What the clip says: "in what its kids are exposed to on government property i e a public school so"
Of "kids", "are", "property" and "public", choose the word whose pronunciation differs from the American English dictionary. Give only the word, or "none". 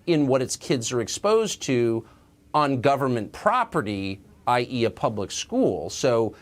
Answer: none